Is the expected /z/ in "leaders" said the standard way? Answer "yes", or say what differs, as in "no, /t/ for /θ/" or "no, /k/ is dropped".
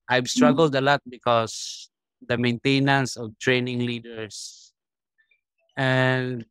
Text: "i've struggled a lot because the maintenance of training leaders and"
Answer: no, /s/ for /z/